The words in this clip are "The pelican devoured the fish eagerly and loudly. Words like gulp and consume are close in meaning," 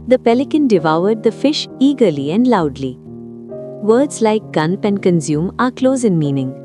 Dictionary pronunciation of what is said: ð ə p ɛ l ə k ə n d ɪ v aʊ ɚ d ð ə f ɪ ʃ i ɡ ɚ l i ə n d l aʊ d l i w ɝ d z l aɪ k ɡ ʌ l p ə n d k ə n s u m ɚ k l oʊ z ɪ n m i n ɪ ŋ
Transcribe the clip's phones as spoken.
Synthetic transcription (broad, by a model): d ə p ɛ l ə k ə n d ɪ v aʊ ɚ d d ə f ɪ ʃ i ɡ ɚ l i ə n d l aʊ d l i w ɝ d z l aɪ k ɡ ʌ n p ə n d k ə n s u m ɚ k l oʊ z ɪ n m i n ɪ ŋ